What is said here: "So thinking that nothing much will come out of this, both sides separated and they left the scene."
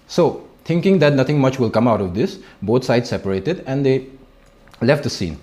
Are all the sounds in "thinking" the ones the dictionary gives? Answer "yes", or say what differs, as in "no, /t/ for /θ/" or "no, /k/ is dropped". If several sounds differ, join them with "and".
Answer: no, /t/ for /θ/